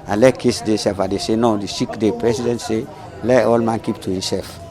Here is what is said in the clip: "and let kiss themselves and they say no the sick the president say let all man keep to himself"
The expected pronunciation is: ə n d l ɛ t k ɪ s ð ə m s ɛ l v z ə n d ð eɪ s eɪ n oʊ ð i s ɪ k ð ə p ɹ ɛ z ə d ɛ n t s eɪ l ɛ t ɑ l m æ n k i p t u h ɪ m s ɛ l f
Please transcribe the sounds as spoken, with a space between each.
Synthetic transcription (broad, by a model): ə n l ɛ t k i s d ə s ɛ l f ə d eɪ s eɪ n oʊ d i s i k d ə p ɹ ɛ s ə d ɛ n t s eɪ l ɛ t ɑ l m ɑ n k i p t u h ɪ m s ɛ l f